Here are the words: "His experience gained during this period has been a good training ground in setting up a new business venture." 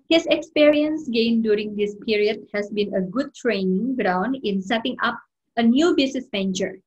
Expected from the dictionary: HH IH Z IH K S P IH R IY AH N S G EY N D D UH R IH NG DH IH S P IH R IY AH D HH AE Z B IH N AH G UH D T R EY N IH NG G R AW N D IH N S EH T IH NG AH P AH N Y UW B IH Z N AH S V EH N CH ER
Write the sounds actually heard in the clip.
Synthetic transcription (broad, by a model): HH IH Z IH K S P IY R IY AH N S G EY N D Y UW R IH NG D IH S P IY R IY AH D HH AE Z B IH N AH G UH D T R EY N IH NG G R AW N D IH N S EH T IH NG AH P AH N Y UW B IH S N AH S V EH N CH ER